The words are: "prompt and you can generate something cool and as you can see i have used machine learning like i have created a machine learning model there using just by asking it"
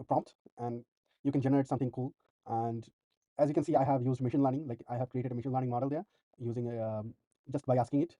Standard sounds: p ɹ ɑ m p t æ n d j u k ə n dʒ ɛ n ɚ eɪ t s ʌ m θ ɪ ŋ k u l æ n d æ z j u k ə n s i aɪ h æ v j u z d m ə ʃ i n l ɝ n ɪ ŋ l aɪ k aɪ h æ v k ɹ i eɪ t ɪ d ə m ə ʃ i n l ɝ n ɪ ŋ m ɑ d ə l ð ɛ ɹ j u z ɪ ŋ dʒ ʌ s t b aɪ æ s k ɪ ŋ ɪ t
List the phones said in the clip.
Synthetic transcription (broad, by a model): p ɹ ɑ m p t æ n d j u k ə n dʒ ɛ n ɚ eɪ t s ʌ m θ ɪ ŋ k u l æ n d æ z j u k ə n s i aɪ h æ v j u z d m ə ʃ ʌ n l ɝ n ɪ ŋ l aɪ k aɪ h æ v k ɹ i eɪ t ɪ d ə m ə ʃ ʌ n l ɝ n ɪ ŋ m ɑ d ə l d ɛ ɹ j u z ɪ ŋ dʒ ʌ s t b aɪ æ s k ɪ ŋ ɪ t